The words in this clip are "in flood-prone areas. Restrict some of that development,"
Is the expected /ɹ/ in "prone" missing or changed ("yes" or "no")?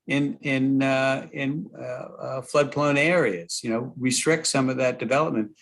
yes